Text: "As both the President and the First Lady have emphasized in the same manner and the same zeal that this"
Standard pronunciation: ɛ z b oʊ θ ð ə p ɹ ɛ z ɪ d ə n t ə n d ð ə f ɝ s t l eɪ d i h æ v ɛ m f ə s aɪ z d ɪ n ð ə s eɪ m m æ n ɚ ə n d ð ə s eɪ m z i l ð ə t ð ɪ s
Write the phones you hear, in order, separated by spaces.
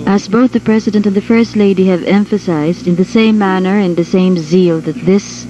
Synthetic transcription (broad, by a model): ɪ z b oʊ θ ð ə p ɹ ɛ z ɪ d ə n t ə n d ð ə f ɝ s t l eɪ d i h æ v ɛ m f ə s aɪ z d ɪ n ð ə s eɪ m m æ n ɚ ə n ð ə s eɪ m z i l ð ə t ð ɪ s